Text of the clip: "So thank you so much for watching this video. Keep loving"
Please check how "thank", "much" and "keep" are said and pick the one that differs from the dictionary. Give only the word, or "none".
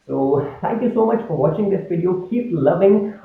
thank